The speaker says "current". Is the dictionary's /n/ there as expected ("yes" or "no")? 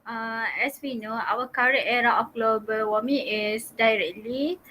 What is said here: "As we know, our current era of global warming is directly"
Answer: no